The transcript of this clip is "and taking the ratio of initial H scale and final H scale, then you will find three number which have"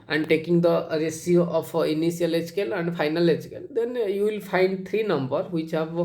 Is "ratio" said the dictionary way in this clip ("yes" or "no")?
no